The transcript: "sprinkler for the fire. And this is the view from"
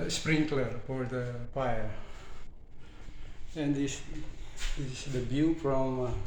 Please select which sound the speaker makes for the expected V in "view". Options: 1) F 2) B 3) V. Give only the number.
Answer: 2